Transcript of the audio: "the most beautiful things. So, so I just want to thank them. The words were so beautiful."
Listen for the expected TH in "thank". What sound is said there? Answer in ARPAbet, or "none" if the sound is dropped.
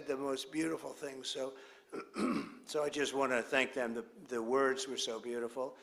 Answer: TH